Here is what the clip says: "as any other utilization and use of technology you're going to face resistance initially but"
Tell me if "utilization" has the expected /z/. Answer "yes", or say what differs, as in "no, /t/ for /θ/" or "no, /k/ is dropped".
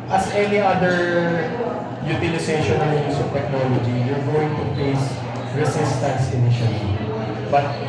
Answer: no, /s/ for /z/